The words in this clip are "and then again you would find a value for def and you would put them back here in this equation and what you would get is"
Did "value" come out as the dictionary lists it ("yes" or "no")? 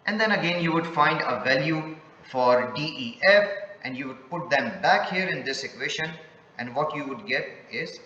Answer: yes